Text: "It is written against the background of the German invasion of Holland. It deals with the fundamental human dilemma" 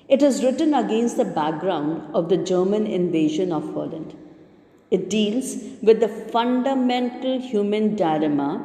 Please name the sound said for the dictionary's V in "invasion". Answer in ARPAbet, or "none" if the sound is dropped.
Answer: V